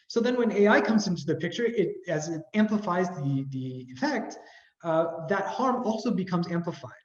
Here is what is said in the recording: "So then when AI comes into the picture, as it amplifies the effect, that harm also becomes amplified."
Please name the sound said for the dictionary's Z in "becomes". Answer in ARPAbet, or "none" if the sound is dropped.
Z